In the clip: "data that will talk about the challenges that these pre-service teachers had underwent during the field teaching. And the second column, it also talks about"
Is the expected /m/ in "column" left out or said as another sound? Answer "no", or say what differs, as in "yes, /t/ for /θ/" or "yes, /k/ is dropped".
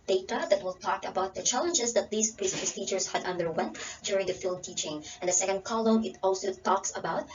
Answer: yes, /m/ is dropped